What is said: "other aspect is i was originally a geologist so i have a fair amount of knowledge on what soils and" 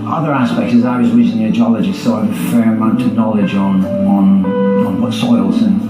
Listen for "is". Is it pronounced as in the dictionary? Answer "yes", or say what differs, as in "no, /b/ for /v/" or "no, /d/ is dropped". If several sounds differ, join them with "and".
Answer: yes